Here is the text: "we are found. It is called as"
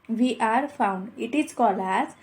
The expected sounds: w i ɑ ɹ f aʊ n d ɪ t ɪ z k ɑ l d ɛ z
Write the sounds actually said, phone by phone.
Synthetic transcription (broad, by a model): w i ɑ ɹ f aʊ n d ɪ t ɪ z k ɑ l ɑ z